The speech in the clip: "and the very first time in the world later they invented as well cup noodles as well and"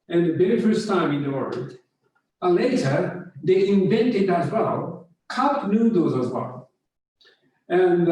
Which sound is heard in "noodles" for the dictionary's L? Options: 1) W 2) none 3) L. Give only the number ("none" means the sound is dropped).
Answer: 2